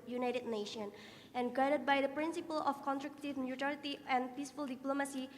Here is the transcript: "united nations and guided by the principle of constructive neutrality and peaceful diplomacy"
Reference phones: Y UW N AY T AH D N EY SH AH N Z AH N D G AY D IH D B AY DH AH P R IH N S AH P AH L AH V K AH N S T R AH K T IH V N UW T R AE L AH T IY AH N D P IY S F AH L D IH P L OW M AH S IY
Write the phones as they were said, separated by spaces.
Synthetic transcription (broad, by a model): Y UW N AY T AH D N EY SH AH N AH N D G AY D IH D B AY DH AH P R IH N S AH P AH L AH F K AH N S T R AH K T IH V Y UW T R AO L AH T IY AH N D P IY S F AH L D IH P L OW M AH S IY